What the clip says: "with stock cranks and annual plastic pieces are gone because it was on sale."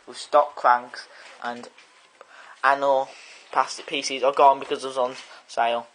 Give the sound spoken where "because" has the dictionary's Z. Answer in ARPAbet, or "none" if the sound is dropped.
Z